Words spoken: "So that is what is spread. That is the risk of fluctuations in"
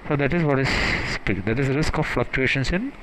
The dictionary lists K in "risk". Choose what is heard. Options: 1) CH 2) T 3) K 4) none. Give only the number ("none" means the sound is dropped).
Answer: 3